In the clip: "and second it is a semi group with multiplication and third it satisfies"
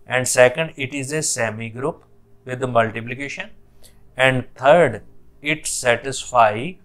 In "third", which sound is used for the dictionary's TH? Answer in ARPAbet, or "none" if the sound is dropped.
T